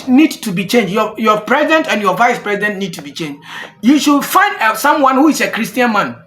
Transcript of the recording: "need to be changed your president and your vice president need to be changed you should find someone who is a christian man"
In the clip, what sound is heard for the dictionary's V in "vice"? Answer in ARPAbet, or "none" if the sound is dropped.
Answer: V